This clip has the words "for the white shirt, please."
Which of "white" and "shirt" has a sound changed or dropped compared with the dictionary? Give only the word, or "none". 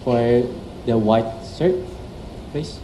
shirt